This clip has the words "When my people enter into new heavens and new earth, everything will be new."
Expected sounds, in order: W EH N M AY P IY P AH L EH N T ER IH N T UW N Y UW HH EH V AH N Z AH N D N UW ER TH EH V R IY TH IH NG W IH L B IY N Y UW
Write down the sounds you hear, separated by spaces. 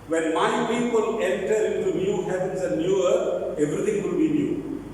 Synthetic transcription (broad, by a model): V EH N M AY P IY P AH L EH N T ER IH N T UW N Y UW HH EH P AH N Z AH N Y UW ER T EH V R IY T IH NG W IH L B IY N Y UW